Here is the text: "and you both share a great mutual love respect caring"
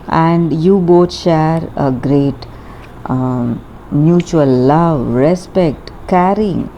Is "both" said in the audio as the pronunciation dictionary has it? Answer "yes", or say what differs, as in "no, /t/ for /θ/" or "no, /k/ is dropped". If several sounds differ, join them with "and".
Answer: no, /t/ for /θ/